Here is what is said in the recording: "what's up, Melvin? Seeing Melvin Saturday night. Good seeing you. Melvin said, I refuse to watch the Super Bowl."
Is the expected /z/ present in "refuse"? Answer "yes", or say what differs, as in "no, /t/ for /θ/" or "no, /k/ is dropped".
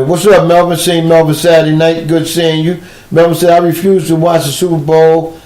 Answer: yes